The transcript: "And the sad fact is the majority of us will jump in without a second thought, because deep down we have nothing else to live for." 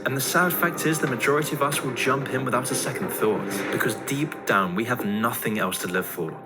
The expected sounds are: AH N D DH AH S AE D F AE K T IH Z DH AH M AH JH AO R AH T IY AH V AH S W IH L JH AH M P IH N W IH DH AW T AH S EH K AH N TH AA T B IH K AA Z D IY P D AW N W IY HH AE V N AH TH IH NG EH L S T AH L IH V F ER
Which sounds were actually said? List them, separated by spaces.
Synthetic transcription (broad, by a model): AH N DH AH S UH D F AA K T IH Z DH AH M AH JH AO R AH T IY AH V AH S W IH L JH AH M P IH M W IH DH AW T AH S EH K AH N TH AA T B IH K AA Z D IY P D AW N W IY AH V N AH TH IH NG EH L S T AH L IH V F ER